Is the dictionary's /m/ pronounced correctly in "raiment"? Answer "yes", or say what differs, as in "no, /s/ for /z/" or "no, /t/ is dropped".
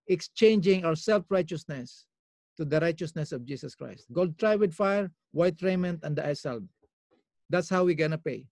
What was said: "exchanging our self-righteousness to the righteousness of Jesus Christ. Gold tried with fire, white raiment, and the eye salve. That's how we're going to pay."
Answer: yes